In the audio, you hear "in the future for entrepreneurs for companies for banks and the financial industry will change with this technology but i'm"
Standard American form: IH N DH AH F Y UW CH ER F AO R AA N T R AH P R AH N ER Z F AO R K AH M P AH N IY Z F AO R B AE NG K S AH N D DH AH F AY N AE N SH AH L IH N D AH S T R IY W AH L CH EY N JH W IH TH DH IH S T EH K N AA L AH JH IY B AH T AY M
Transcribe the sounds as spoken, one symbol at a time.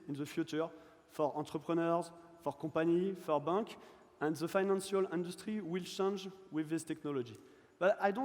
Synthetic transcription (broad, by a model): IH N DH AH F Y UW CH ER F AO R AA T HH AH P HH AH N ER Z F AO R K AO P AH N IY F AO R B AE K AH N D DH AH F AY N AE N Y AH L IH N D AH S T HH IY W AH L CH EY N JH W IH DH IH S T EH K N AA L AH JH IY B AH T AY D